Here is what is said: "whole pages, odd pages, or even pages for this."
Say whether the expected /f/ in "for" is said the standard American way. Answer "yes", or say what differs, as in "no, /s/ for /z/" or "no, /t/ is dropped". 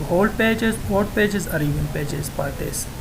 no, /p/ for /f/